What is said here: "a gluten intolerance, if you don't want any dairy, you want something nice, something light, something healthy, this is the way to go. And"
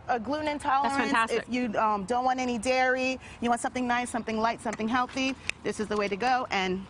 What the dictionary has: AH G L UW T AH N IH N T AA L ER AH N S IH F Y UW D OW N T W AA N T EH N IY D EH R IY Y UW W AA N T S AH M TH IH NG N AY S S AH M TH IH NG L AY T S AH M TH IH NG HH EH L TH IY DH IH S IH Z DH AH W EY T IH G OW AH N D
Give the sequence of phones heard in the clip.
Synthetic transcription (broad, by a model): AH G L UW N IH N T AA L ER AH N S IH F Y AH D OW N T W AA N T EH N IY D EH R IY Y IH W AA N T S AH M TH IH NG N AY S S AH M TH IH NG L AY T S AH M TH IH NG HH EH L TH IY DH IH S IH Z DH AH W EY T IH G OW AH N